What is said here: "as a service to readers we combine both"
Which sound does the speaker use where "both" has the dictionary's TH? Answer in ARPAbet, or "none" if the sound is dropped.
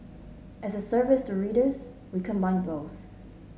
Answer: TH